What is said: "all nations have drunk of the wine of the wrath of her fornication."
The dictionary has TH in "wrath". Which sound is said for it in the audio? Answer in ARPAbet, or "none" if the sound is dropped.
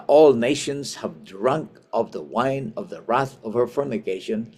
TH